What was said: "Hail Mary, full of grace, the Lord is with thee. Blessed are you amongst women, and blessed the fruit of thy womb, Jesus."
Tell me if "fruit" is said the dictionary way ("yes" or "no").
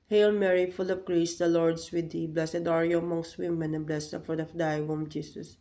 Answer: no